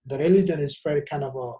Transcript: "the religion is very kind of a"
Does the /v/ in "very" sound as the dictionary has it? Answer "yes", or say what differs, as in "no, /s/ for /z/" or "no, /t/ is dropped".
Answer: no, /f/ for /v/